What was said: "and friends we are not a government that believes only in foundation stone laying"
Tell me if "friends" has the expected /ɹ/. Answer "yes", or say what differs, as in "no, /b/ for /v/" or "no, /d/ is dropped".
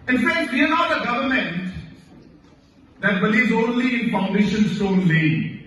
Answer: no, /ɹ/ is dropped